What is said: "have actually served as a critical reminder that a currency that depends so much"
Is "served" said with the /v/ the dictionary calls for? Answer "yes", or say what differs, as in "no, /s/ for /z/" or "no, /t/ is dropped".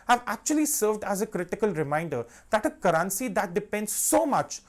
yes